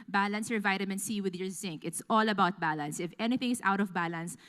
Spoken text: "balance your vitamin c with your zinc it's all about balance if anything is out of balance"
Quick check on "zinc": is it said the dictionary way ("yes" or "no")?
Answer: yes